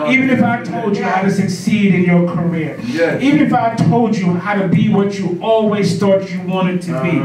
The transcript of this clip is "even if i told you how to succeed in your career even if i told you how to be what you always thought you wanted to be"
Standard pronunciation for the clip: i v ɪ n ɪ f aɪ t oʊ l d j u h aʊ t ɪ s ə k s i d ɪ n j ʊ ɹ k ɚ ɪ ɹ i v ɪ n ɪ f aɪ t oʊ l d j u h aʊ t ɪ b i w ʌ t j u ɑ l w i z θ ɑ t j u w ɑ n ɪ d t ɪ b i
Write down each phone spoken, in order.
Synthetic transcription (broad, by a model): i v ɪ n ɪ f aɪ t oʊ l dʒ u h aʊ t ɪ s ə k s i d ɪ n j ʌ ɹ k ɚ ɪ ɹ i v ɪ n ɪ f aɪ t oʊ l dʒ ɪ h aʊ t ɪ b i w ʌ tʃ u ɑ l w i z t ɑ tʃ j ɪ w ɑ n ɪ d t ɪ b i